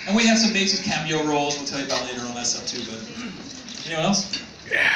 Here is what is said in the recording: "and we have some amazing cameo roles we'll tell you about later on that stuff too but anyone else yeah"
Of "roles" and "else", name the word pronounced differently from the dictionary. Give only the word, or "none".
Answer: none